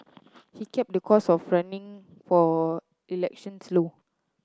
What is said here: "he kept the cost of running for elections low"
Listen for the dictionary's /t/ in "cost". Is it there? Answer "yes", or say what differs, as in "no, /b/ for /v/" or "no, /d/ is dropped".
no, /t/ is dropped